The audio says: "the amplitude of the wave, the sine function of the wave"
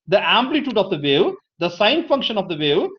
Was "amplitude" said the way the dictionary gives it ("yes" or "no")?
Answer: yes